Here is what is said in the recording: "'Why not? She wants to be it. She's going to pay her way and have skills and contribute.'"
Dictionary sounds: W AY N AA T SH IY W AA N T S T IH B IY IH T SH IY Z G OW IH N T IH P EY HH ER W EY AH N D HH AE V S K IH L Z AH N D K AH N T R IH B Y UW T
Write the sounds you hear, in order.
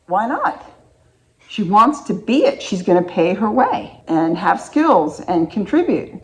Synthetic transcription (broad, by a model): W AY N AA T SH IY W AA N T S T IH B IY IH T SH IY Z G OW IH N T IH P EY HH ER W EY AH N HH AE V S K IH L Z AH N K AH N T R IH B Y UW T